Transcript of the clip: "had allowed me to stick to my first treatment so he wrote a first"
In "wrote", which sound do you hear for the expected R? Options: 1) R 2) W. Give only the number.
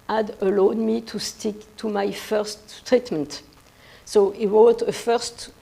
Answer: 2